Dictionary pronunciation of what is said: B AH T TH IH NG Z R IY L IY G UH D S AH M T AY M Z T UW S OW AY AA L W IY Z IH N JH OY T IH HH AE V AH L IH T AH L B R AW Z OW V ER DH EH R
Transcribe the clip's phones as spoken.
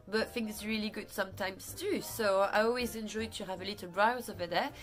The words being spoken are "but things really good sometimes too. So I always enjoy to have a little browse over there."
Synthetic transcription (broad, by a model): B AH T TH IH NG S R IY L IY G UH D S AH M T AY M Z T UW S OW AY AA L W IY Z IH N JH OY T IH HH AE V AH L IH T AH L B R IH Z OW V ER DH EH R